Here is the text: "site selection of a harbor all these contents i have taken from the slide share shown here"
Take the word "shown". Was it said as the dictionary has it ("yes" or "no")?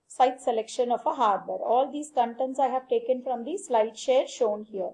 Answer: yes